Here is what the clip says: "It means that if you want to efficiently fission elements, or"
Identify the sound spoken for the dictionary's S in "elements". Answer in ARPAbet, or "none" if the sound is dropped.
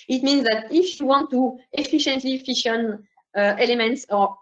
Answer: S